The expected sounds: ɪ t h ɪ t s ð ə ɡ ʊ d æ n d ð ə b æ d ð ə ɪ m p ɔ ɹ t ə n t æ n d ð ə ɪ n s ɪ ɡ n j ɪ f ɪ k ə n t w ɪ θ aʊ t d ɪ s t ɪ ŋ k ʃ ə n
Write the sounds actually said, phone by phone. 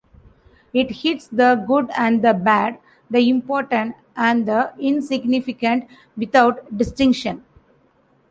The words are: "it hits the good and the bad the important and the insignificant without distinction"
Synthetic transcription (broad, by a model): ɪ t h ɪ t s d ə ɡ ʊ d æ n d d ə b æ d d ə ɪ m p ɔ ɹ t ə n t æ n d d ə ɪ n s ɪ ɡ n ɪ f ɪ k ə n t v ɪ t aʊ t d ɪ s t ɪ ŋ k ʃ ə n